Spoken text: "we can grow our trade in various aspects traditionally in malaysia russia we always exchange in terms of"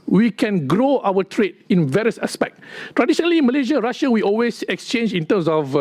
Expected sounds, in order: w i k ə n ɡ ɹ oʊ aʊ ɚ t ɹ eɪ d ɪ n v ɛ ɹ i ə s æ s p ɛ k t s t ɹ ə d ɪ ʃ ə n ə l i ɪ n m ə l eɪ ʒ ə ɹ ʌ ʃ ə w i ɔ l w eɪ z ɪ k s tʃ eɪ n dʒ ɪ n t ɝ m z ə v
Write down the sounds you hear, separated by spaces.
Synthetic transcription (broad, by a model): w i k ə n ɡ ɹ oʊ aʊ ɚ t ɹ eɪ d ɪ n v ɛ ɹ i ə s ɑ s p ɛ k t t ɹ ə d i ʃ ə n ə l i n m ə l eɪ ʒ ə ɹ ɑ ʃ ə w i ɔ l w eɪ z ɪ k s tʃ eɪ n dʒ ɪ n t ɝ m s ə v